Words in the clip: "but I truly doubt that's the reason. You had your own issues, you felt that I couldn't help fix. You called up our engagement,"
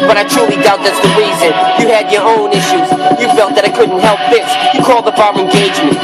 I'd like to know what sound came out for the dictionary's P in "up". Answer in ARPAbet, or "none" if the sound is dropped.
B